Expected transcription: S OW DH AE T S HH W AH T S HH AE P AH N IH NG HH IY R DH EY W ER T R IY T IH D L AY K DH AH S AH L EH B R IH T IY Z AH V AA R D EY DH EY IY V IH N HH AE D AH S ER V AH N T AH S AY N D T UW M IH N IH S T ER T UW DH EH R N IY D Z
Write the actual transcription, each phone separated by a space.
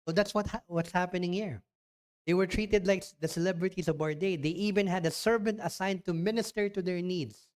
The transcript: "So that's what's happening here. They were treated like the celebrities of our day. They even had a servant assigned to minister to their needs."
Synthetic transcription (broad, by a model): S OW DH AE T S HH W AH T S HH AE P AH N IH NG HH IY R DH EY W ER T R IY T IH D L AY K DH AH S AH L EH B R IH T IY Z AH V AA R D EY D EY IY V IH N HH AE D AH S ER V AH N T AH S AY N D T UW M IH N IH S T ER T UW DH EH R N IY D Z